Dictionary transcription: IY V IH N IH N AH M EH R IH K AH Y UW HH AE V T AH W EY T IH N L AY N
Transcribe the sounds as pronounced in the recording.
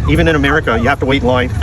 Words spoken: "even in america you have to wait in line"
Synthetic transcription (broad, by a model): IY V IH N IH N AH M EH R IH K AH Y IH HH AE F T AH W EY IH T L AY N